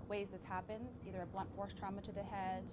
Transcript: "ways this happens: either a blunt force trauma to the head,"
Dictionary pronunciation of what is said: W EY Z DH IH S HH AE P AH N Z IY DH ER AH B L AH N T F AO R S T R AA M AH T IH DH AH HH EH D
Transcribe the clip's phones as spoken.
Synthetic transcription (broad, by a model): W EY Z DH IH S HH AE P AH N Z IY DH ER AH B L AH N T F AO R S T R AA M AH T IH DH AH HH EH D